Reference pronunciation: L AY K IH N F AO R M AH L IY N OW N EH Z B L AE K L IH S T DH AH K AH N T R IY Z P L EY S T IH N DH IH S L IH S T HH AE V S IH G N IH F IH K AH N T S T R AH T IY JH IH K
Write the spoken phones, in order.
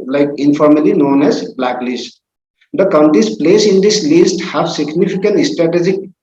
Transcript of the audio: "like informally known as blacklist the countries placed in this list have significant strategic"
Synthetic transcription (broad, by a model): L AY K IH N F AO R M AH L IY N OW N EH Z B L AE K L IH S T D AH K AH N T R IY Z P L EY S IH N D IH S L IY S T HH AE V S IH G N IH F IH K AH N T S T R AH T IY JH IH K